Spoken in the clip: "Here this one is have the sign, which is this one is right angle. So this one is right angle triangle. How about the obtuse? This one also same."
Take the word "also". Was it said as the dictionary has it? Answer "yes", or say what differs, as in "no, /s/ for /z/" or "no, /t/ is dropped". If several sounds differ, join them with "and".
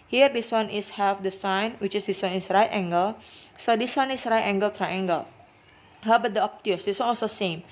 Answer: no, /l/ is dropped